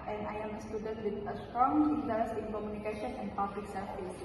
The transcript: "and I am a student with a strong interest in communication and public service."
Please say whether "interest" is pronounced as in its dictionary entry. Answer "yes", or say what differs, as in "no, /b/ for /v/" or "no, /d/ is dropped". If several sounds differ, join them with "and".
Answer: no, /ɹ/ is dropped and /t/ is dropped